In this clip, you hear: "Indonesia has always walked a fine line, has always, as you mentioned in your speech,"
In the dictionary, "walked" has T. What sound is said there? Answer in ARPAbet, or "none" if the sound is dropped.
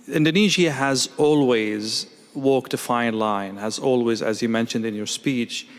T